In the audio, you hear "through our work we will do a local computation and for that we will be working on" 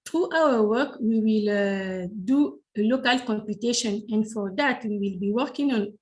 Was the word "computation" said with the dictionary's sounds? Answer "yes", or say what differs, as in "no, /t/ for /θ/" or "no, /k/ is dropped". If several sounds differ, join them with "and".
yes